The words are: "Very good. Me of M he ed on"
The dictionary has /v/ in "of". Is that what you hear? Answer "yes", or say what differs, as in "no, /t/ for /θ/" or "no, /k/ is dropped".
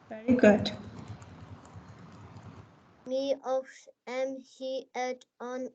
no, /f/ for /v/